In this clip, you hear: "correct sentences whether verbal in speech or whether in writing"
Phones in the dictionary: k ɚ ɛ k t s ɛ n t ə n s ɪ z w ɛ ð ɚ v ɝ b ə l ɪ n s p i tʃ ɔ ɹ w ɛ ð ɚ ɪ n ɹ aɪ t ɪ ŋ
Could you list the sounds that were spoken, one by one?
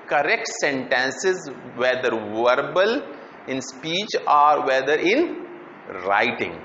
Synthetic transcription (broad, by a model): k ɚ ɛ k t s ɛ n t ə n s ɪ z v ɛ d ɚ v ɝ b ə l ɪ n s p i tʃ ɔ ɹ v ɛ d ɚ ɪ n ɹ aɪ t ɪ ŋ